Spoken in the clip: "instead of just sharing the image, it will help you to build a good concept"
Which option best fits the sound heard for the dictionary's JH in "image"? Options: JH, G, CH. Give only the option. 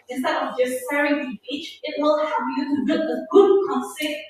CH